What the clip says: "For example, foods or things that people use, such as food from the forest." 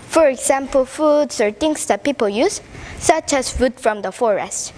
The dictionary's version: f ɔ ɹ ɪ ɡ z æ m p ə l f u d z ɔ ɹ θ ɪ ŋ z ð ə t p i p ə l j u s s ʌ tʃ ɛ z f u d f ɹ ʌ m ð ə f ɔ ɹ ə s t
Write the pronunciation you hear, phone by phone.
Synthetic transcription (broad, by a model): f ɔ ɹ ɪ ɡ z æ m p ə l f u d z ɔ ɹ t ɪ ŋ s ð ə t p i p ə l j u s s ʌ tʃ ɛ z f u d f ɹ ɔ m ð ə f ɔ ɹ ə s t